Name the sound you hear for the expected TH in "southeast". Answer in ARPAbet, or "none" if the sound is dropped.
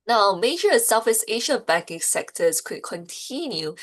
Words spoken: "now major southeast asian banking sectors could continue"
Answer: F